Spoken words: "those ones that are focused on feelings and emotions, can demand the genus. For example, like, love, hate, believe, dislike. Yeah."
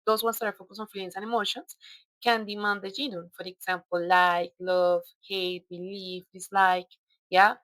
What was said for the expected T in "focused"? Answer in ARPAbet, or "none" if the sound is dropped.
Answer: none